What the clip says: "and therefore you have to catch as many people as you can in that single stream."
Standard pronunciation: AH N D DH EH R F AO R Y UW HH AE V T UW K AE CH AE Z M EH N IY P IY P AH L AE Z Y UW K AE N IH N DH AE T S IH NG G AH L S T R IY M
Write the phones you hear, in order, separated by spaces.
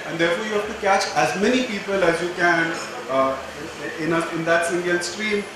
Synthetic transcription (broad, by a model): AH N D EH R F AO R Y UW HH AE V T UW K AE CH AE Z M EH N IY P IY P AH L AE Z Y UW K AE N IH N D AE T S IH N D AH N S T R IY M